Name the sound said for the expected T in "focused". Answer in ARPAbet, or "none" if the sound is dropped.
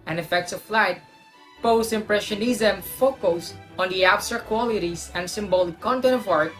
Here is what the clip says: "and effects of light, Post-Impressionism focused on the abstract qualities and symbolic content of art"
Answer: none